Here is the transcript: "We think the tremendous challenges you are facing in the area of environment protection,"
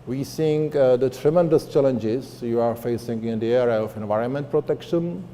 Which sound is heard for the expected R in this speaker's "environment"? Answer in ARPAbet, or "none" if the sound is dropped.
R